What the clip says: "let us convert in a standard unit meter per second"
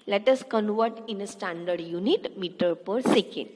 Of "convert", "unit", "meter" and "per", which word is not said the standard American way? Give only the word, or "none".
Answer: none